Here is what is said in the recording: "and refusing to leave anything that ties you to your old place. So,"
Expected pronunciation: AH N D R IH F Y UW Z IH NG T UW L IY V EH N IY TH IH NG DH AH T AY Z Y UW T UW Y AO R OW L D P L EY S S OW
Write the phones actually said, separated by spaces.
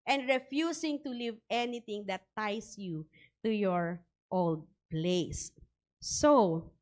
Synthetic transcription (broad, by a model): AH N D R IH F Y UW S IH NG T UW L IY V EH N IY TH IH NG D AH T AY S Y UW T UW Y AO R OW L D P L EY S S OW